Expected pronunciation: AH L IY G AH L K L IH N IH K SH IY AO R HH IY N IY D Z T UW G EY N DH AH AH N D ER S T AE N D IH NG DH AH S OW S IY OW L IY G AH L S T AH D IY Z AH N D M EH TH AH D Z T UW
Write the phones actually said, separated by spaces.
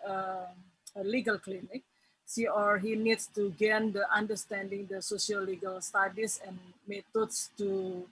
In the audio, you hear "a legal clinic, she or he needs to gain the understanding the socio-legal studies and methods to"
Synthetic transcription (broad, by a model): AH L IY G AH L K L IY N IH K S IY AO R HH IY N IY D S T UW G EY N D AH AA N D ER S T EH N D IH NG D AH S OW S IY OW L IY G AH L S T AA D IY S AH N M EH T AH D S T UW